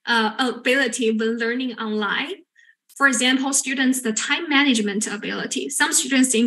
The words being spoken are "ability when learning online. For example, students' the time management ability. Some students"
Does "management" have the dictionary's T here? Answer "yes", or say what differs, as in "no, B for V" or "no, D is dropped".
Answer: yes